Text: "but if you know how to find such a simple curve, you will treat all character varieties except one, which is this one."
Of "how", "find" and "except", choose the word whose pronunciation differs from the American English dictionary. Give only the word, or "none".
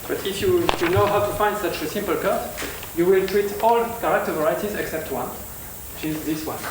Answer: none